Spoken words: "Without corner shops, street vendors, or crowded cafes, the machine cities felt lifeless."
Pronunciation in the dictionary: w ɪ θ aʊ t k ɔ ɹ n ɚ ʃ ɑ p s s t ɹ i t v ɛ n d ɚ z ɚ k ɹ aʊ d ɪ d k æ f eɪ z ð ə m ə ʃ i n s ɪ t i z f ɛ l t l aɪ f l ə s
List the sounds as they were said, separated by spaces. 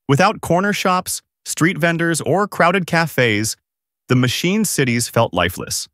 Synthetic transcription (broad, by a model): w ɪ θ aʊ t k ɔ ɹ n ɚ ʃ ɑ p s s t ɹ i t v ɛ n d ɚ z ɚ k ɹ aʊ d ɪ d k æ f eɪ z ð ə m ə ʃ i n s ɪ t i z f ɛ l t l aɪ f l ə s